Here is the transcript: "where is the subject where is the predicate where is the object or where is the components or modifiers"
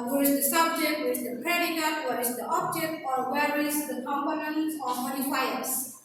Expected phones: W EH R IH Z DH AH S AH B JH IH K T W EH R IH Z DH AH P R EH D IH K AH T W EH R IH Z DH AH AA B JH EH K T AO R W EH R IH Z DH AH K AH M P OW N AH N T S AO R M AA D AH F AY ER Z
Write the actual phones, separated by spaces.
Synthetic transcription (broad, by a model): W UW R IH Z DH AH S AH B JH IH K T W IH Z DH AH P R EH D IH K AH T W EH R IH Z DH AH AA B JH EH K T AO R W EH R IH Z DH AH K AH M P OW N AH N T AO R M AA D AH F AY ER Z